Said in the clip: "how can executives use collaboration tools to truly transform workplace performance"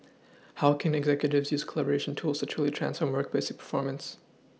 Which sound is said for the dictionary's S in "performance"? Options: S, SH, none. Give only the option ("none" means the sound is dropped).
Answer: S